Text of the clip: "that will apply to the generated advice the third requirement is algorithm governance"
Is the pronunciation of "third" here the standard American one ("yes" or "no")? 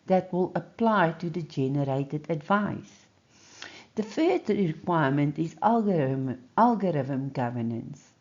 no